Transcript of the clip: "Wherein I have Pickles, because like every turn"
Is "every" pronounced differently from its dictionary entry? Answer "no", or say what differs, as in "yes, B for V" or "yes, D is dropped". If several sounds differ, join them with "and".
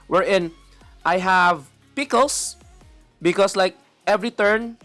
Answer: no